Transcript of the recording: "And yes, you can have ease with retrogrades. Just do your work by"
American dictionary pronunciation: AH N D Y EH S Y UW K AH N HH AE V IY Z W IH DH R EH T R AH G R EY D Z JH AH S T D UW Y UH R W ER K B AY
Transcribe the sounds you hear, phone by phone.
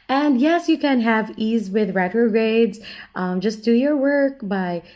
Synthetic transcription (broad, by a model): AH N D Y EH S Y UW K AH N HH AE V IY Z W IH DH R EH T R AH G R EY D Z JH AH S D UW Y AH R W ER K B AY